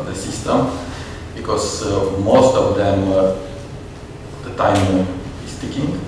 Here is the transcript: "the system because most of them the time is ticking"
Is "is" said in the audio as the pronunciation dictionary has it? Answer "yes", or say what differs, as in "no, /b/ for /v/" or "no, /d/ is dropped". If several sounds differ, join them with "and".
no, /s/ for /z/